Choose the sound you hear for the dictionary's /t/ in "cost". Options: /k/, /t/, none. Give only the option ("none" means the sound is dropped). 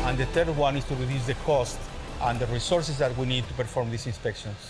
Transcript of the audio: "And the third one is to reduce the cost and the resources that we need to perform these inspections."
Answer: /t/